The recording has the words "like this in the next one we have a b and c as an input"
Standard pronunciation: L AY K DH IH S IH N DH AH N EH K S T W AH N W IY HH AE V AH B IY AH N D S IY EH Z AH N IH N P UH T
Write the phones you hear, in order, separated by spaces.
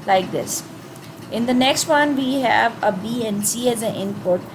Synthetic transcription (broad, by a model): L AY K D IH S IH N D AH N EH K S T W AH N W IY HH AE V AH B IY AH N S IY EH Z AH N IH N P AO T